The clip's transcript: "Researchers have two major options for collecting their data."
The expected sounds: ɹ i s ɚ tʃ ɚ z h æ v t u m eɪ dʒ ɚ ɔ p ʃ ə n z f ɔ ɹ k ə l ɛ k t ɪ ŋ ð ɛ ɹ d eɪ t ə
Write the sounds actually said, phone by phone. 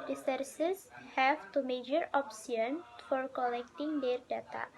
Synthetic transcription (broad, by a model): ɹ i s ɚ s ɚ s h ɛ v t u m eɪ dʒ ɚ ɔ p s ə n f ɔ ɹ k ə l ɛ k t ɪ ŋ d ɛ ɹ d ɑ t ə